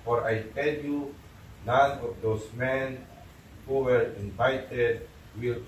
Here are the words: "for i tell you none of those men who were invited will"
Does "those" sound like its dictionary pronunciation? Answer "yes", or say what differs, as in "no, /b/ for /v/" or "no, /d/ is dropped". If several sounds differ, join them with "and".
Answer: no, /s/ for /z/